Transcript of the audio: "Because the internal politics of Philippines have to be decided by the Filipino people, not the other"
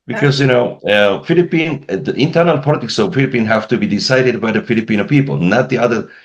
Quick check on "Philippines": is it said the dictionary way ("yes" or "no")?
no